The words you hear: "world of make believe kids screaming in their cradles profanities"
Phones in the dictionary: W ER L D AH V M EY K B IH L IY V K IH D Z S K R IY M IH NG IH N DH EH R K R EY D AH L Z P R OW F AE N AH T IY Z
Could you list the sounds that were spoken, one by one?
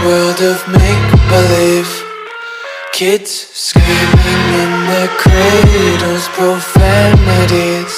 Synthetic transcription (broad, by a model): W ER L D AH V M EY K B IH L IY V K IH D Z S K IY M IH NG IH N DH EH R K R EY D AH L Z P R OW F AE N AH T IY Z